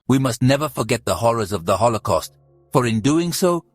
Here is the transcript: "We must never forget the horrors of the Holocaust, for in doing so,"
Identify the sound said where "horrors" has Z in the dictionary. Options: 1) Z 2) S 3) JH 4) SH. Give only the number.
1